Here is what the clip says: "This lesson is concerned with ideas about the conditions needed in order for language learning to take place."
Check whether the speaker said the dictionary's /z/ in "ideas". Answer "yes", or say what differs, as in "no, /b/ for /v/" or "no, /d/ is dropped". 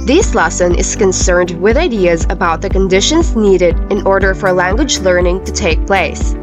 yes